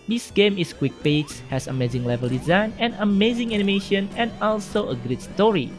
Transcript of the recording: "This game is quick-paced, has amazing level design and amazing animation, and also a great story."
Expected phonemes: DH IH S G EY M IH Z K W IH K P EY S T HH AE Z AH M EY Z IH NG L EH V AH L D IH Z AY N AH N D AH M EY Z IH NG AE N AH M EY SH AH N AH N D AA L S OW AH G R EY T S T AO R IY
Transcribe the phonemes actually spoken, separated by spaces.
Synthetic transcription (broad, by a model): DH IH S G EY M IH S K W IH K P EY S HH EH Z AH M EY Z IH NG L EH V AH L D IH Z AY N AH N AH M EY Z IH NG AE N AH M EY SH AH N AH N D AA L S OW AH G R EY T S T AO R IY